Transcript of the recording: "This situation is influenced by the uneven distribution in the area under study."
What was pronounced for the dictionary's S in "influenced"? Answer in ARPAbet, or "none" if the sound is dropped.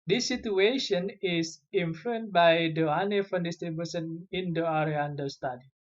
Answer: none